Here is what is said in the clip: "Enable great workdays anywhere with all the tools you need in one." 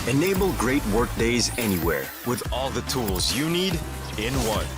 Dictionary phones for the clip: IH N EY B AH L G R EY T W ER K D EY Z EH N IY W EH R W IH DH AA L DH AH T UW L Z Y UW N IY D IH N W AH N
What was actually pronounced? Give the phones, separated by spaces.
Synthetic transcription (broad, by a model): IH N EY B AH L G R EY T W ER K D EY Z EH N IY W EH R W IH DH AA L DH AH T UW L Z Y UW N IY D IH N W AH N